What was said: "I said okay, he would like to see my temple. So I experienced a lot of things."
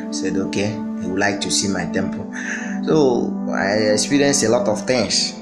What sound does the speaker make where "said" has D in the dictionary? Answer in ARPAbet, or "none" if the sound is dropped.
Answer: D